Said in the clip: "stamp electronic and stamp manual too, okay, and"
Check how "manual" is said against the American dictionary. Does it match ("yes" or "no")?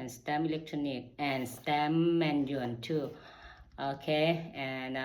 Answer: no